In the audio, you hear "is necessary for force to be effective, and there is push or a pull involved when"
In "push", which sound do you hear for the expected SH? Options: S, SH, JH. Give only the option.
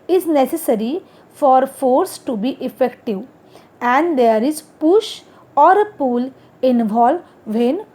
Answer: SH